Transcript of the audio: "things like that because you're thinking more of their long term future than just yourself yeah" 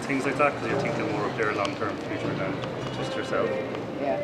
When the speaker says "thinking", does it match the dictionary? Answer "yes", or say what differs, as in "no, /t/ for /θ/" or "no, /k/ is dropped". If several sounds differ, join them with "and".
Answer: no, /t/ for /θ/ and /ŋ/ is dropped